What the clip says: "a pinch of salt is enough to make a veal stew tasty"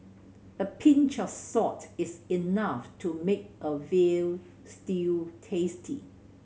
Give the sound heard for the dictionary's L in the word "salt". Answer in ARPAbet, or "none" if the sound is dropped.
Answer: none